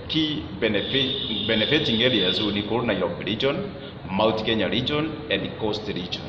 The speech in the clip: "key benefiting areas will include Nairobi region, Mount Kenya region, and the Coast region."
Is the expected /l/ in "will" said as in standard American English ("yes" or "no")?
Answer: no